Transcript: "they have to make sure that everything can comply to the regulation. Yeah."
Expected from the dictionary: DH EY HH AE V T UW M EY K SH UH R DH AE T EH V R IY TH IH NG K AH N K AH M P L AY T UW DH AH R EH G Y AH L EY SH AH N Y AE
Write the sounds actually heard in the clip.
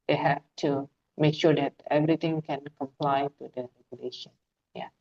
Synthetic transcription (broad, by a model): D EY HH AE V T UW M EY K SH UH R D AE T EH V R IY T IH NG K AH N K AH M P L AY T UW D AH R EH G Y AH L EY SH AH N Y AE